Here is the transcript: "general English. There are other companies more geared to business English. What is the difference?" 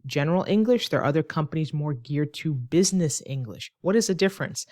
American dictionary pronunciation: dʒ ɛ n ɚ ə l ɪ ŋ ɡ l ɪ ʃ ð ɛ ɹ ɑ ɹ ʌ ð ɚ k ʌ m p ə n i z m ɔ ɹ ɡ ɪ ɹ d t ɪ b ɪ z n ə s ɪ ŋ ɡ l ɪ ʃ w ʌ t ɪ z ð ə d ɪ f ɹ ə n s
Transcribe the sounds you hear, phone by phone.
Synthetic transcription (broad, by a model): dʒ ɛ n ɚ l ɪ ŋ ɡ l ɪ ʃ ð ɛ ɹ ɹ ʌ ð ɚ k ʌ m p ə n i z m ɔ ɹ ɡ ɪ ɹ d t ɪ b ɪ z n ə s ɪ ŋ ɡ l ɪ ʃ w ʌ t ɪ z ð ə d ɪ f ɹ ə n s